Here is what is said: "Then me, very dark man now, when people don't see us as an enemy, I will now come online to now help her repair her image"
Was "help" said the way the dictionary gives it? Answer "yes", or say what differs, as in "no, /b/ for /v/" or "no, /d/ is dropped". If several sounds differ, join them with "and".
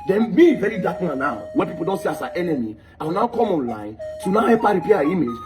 no, /l/ is dropped